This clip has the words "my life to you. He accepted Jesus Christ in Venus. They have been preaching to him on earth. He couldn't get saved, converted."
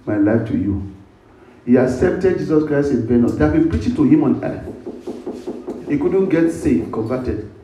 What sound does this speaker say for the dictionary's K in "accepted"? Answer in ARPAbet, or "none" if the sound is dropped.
K